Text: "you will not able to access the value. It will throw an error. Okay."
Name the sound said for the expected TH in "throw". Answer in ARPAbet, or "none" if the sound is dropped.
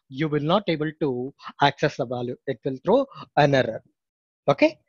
T